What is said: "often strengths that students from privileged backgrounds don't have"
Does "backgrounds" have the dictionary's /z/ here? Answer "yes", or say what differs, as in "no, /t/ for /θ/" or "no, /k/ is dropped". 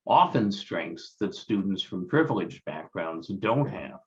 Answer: yes